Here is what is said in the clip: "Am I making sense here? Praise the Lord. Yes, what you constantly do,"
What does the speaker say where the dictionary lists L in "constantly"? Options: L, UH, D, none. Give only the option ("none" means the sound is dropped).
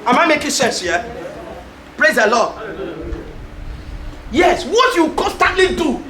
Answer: L